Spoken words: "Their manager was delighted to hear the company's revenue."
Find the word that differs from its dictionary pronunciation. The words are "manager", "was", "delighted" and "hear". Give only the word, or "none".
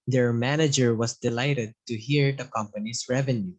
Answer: was